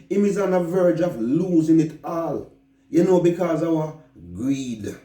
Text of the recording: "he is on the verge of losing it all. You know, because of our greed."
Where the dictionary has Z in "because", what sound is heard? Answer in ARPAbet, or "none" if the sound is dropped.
Z